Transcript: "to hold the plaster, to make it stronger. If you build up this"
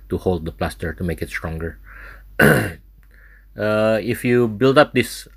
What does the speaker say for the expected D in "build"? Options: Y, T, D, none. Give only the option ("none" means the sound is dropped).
D